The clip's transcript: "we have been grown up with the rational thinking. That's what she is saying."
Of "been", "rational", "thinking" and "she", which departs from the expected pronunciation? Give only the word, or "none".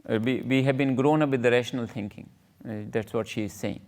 thinking